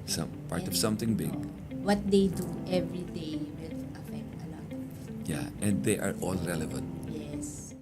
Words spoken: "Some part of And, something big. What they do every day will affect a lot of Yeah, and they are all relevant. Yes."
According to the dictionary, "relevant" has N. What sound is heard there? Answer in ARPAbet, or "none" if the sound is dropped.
N